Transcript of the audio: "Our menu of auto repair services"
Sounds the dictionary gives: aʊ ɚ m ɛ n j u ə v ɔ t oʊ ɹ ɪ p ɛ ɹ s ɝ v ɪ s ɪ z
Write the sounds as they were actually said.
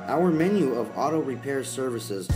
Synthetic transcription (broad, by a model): aʊ ɚ m ɛ n j u ə v ɔ t oʊ ɹ ɪ p ɛ ɹ s ɝ v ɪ s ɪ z